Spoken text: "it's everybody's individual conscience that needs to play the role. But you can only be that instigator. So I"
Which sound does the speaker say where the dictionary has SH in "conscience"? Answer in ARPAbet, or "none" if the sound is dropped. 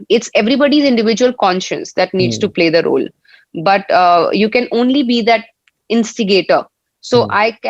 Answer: SH